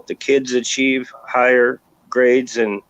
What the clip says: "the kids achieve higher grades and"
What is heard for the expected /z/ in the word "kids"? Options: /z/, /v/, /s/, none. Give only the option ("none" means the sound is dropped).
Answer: /z/